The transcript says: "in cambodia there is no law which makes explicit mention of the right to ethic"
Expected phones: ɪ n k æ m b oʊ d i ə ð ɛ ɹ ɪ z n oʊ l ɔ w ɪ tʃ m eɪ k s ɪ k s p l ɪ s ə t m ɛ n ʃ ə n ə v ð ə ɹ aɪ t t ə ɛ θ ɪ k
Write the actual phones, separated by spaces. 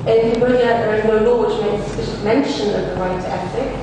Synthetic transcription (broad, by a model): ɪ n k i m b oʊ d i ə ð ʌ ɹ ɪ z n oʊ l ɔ w ɪ tʃ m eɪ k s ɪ s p ɪ ʃ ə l m ɛ n ʃ ə n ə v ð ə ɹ aɪ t t ə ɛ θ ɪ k